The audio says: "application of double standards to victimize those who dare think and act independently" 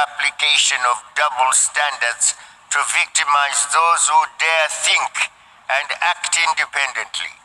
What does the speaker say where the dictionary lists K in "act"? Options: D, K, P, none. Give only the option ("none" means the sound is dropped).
K